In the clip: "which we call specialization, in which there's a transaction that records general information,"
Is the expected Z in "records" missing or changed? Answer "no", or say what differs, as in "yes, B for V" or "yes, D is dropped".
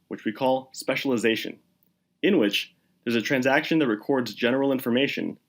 no